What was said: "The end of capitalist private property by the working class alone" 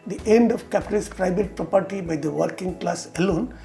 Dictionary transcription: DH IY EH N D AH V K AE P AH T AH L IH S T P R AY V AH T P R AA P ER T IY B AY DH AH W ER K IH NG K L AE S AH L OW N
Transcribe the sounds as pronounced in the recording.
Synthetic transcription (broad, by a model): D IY EH N D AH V K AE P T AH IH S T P R AY B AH T P R AA P ER T IY B AY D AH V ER K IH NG K L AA S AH L OW N